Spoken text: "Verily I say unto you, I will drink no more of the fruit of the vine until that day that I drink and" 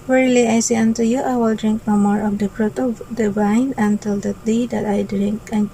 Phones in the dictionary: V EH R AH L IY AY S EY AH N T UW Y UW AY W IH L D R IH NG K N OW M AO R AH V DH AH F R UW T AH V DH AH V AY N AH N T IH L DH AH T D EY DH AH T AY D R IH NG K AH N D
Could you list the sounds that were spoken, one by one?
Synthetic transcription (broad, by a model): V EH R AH L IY AY S EY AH N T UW Y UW AY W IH L D R IH NG K N OW M AO R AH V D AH P R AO T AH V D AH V AY N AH N T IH L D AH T D EY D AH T AY D R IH NG K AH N